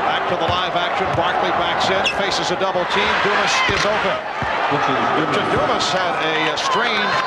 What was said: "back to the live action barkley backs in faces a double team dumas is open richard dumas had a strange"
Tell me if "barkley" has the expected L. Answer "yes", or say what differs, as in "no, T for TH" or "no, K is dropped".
yes